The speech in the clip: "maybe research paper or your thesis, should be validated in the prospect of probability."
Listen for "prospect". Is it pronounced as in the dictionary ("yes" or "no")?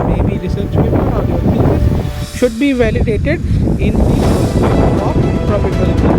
no